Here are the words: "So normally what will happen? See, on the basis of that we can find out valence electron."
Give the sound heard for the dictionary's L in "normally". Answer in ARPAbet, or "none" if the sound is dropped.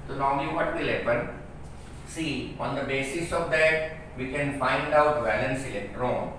none